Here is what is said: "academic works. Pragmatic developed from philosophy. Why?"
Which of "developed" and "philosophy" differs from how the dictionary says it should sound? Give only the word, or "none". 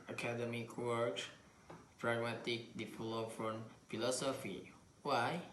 developed